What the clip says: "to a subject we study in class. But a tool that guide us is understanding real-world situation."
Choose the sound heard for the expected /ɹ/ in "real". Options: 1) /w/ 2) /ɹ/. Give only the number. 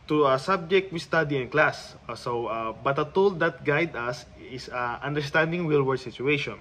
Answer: 1